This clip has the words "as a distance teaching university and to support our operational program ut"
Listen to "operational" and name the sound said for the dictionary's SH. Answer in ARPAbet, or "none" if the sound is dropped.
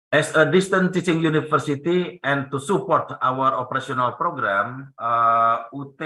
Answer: S